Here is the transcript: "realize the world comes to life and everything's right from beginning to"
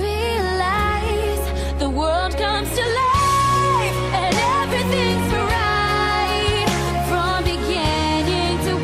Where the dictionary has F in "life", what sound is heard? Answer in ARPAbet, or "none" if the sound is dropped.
none